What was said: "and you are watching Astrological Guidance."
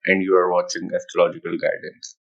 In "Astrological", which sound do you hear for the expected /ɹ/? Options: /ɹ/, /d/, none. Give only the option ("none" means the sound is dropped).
none